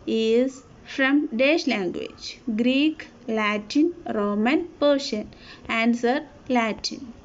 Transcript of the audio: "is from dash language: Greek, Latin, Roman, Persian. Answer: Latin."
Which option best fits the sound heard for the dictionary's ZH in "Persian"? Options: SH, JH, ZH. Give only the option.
SH